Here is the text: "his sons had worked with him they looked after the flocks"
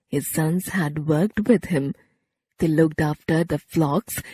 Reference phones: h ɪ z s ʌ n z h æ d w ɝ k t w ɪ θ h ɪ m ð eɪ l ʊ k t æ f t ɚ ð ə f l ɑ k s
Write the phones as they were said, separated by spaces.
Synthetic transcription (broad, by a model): h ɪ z s ʌ n z h æ d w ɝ k t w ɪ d h ɪ m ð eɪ l ʊ k t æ f t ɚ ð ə f l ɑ k s